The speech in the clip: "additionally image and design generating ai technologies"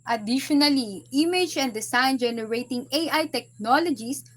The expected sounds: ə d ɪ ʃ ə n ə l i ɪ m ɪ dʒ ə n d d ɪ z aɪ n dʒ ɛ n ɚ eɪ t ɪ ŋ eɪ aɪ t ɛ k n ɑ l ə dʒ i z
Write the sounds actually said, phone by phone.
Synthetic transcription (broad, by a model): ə d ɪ ʃ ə n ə l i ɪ m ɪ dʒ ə n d d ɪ s aɪ n dʒ ɛ n ɚ eɪ t ɪ ŋ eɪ aɪ t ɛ k n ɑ l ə dʒ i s